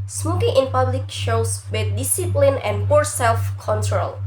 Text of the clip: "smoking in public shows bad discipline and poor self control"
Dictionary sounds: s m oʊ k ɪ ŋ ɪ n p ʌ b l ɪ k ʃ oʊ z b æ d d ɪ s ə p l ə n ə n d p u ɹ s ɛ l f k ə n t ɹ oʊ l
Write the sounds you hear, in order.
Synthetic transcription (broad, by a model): s m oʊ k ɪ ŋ ɪ n p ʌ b l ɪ k ʃ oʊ s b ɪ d d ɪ s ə p l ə n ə n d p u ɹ s ɛ l f k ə n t ɹ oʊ l